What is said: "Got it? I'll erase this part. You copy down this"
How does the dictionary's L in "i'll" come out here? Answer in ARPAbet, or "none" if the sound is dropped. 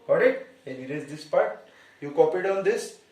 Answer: N